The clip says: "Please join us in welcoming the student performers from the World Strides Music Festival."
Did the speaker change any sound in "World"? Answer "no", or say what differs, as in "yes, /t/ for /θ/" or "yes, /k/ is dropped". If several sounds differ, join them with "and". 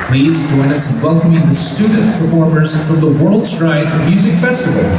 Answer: no